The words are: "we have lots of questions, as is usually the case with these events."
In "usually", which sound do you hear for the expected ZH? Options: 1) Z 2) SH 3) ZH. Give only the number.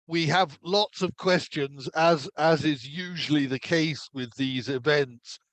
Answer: 3